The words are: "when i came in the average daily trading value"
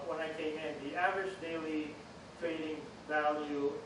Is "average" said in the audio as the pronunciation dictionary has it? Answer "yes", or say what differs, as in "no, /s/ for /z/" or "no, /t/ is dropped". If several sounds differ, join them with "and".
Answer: yes